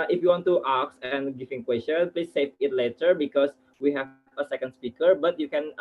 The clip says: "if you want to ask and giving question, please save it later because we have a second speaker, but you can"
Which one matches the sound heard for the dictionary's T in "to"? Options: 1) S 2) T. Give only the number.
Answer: 2